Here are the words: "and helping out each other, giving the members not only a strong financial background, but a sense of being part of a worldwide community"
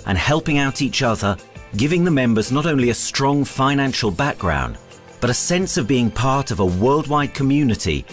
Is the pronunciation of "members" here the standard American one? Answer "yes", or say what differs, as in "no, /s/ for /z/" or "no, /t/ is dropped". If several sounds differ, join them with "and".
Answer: yes